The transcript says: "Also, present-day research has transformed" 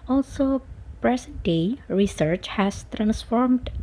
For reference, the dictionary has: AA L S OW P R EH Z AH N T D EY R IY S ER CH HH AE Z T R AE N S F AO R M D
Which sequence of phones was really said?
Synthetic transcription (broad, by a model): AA L S OW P R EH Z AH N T D EY R IY S ER CH HH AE S T R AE N S F AO R M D